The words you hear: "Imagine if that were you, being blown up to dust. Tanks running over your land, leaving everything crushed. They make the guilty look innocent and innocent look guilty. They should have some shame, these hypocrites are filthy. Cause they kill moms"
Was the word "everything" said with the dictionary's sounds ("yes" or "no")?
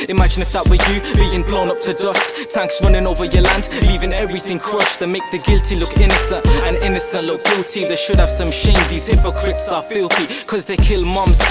yes